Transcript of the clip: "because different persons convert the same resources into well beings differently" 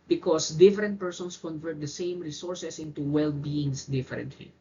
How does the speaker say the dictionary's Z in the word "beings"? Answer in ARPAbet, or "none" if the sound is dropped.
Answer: S